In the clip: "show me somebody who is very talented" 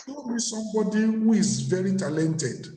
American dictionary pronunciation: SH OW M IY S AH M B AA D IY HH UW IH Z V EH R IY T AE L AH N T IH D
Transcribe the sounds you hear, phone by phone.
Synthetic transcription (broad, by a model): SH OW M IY S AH M B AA D IY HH UW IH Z V EH R IY T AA L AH N T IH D